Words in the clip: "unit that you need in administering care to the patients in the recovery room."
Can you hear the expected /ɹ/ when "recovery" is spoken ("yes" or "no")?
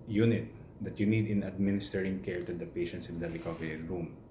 no